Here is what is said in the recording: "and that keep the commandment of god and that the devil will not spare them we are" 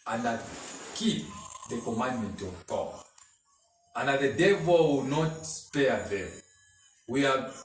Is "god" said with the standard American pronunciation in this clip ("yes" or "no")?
no